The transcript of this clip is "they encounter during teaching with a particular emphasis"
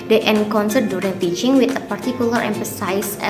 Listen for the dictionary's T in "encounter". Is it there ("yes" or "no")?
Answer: no